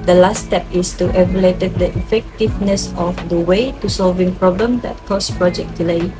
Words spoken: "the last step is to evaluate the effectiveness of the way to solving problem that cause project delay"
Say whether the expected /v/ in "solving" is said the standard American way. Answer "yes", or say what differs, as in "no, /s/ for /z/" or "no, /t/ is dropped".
yes